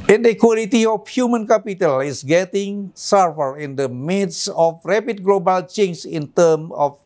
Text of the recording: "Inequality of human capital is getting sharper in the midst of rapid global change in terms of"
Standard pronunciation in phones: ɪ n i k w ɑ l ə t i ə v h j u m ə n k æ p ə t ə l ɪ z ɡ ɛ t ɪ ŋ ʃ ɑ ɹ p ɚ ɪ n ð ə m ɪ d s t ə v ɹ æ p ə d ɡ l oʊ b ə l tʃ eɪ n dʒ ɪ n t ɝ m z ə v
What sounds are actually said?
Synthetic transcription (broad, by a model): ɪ n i k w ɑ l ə t i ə f h j u m ə n k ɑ p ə t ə l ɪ s ɡ ɛ t ɪ ŋ s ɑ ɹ f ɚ ɪ n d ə m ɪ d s ə f ɹ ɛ p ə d ɡ l oʊ b ə l tʃ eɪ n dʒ ɪ n t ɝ m ə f